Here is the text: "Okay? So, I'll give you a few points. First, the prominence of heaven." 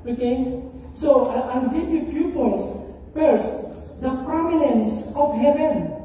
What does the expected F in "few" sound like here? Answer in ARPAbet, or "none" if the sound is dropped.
P